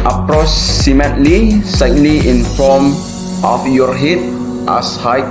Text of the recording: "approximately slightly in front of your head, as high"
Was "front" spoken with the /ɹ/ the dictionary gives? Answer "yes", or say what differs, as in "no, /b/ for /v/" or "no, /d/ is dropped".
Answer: no, /ɹ/ is dropped